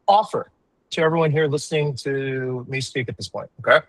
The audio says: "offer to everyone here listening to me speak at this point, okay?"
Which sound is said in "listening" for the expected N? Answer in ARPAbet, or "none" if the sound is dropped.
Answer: N